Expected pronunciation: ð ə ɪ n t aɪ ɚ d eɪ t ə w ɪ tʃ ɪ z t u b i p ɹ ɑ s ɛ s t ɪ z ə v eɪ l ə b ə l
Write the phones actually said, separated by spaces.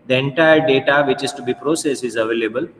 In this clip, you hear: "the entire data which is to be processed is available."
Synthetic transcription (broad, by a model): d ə ɪ n t aɪ ɚ d eɪ t ə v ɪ tʃ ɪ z t u b i p ɹ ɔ s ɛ s ɪ z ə v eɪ l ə b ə l